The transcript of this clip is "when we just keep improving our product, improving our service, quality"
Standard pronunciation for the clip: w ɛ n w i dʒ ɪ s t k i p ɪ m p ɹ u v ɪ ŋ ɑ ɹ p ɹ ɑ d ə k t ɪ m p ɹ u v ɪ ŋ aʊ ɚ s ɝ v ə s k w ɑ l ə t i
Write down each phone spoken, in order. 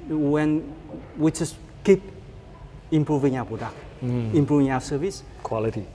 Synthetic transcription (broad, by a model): w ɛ n w i tʃ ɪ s k i p ɪ m p ɹ u v ɪ ŋ ɑ w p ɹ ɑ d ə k ɪ m p ɹ u v ɪ ŋ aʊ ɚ s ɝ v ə s k w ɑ l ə t i